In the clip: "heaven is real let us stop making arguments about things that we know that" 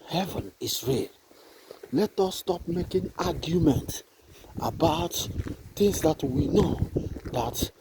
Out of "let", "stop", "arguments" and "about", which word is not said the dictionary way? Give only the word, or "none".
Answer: arguments